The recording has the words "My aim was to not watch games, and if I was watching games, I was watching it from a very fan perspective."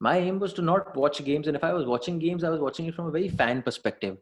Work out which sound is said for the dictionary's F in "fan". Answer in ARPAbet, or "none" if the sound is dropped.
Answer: F